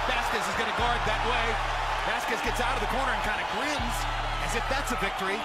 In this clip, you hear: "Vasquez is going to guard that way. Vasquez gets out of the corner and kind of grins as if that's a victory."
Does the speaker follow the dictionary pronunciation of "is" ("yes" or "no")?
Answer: yes